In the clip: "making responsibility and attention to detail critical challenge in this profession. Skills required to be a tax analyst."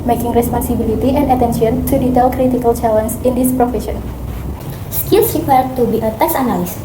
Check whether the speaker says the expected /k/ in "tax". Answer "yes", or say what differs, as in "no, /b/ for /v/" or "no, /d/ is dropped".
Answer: no, /k/ is dropped